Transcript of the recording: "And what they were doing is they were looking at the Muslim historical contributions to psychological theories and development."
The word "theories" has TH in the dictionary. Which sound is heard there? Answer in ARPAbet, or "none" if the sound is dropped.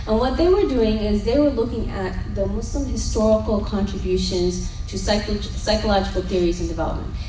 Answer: TH